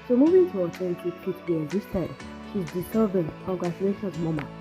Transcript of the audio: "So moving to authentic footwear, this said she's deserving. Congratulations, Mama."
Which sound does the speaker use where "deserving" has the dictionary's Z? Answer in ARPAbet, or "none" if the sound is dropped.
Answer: S